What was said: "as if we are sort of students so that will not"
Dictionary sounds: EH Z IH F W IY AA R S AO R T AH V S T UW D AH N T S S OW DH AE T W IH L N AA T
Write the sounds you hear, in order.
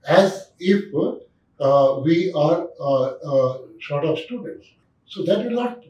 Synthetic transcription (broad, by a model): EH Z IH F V IY AA R SH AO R T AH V S T UW D AH N T S S OW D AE T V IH L N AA T